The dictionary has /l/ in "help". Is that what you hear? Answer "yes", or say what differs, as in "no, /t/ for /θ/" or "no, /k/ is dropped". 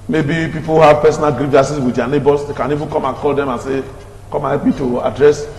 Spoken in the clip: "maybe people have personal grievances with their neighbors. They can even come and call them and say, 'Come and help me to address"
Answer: no, /l/ is dropped